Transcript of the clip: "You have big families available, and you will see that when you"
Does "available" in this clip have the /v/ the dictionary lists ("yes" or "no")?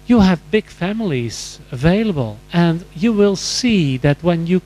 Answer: yes